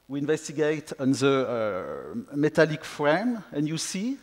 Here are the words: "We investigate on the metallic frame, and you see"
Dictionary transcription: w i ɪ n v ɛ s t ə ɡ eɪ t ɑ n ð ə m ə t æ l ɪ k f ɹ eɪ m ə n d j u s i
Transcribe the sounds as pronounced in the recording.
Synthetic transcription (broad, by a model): w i ɪ n v ɛ s t ə ɡ eɪ t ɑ n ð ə m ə t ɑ l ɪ k f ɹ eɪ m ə n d j u s i